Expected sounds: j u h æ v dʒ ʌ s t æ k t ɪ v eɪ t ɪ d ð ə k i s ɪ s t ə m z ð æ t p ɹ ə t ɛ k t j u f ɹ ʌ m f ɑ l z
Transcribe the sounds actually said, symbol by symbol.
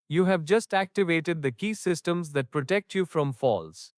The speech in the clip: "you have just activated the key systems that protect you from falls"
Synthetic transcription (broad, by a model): j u h æ v dʒ ʌ s t æ k t ɪ v eɪ t ɪ d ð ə k i s ɪ s t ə m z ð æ t p ɹ ə t ɛ k t j u f ɹ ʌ m f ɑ l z